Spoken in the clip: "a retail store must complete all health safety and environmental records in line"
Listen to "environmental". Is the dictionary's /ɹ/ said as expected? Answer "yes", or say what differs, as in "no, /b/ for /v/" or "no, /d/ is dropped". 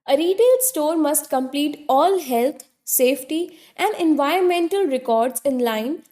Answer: yes